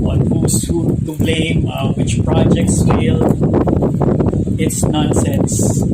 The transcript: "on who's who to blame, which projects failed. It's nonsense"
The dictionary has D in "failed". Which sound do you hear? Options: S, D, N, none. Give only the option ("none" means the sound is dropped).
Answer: none